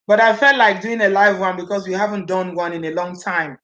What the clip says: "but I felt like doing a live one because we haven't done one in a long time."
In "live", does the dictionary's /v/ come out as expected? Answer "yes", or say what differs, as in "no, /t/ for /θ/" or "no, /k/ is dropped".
yes